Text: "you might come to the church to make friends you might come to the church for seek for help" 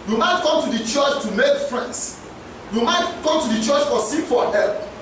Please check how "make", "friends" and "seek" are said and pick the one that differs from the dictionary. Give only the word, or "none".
friends